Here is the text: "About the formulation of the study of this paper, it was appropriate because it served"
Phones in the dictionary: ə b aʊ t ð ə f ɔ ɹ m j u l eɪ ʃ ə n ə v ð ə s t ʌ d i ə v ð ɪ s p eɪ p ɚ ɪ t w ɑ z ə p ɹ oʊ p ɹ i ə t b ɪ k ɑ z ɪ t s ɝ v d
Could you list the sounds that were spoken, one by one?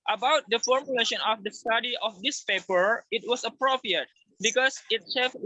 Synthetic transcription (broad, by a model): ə b aʊ t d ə f ɔ ɹ m j u l eɪ ʃ ə n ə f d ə s t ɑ d i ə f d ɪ s p eɪ p ɚ ɪ t w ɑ s ə p ɹ oʊ p ɹ i ə t b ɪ k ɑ s ɪ t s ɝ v